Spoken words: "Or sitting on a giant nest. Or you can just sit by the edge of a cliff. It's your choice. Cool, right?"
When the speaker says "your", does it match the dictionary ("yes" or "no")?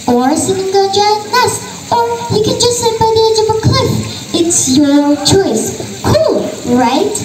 no